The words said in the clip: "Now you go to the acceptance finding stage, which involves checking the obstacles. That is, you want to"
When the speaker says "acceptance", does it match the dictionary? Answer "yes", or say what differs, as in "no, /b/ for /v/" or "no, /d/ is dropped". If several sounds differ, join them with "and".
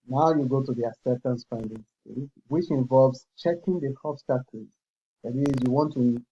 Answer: no, /k/ is dropped and /p/ is dropped